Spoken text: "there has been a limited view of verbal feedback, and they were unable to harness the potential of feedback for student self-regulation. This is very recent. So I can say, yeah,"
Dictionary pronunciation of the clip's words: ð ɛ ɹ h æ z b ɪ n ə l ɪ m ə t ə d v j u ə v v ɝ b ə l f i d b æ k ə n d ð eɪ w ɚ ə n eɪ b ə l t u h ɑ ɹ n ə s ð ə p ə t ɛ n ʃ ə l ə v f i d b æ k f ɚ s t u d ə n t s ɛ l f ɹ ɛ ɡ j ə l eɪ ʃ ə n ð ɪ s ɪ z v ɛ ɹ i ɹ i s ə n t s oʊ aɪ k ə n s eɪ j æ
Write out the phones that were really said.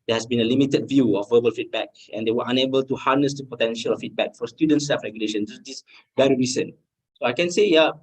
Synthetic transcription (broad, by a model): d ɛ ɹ h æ s b ɪ n ə l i m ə t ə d v j u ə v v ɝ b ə l f i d b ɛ k ə n d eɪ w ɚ ə n eɪ b ə l t u h ɑ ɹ n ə s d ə p ə t ɛ n ʃ ə l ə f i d b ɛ k f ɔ s t u d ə n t s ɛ f ɹ ɛ ɡ j ə l eɪ ʃ ə n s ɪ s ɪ s v ɛ ɹ i ɹ i s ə n s oʊ aɪ k ə n s eɪ j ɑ